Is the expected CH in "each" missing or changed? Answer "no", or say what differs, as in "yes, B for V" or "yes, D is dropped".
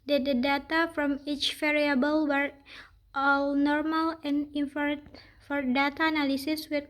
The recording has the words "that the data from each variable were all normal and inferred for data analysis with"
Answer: no